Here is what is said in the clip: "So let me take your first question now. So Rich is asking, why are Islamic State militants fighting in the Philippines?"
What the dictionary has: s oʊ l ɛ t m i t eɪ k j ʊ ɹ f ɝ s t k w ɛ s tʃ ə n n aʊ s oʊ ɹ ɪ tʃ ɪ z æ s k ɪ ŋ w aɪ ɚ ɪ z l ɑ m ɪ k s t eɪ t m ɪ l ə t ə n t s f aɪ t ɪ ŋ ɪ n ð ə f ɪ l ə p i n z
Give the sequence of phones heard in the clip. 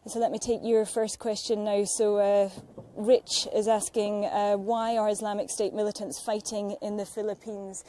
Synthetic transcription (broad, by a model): s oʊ l ɛ t m i t eɪ k j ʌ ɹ f ɝ s k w ɛ s tʃ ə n n aʊ s oʊ ɹ ɪ tʃ ɪ z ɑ s k ɪ ŋ w aɪ ɚ ɪ z l ɑ m ɪ k s t eɪ t m ɪ l ə t ə n t s f aɪ t ɪ ŋ ɪ n ð ə f ɪ l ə p i n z